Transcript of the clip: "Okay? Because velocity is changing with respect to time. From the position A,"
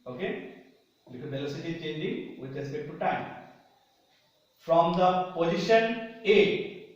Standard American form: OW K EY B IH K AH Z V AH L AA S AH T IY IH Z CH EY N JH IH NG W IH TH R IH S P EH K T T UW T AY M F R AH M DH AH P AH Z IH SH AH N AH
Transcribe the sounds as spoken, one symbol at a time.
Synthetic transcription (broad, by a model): OW K EY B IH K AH V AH L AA S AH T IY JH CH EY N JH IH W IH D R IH S P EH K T T UW T AY M F R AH M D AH P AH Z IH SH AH N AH